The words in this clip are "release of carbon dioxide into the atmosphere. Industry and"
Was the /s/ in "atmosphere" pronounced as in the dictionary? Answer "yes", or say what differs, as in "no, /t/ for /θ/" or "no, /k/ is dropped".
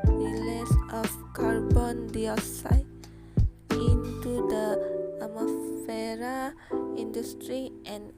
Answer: no, /s/ is dropped